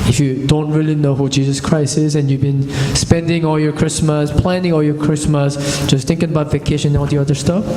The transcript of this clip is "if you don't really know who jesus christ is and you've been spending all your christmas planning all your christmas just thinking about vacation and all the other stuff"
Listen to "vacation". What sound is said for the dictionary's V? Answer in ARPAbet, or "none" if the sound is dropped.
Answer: V